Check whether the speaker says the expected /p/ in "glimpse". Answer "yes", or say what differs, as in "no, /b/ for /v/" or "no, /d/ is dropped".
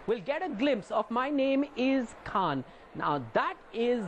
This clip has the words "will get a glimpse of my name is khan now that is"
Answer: yes